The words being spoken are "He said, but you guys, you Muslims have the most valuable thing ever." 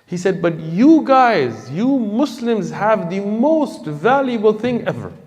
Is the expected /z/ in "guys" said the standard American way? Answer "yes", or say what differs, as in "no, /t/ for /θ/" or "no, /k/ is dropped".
yes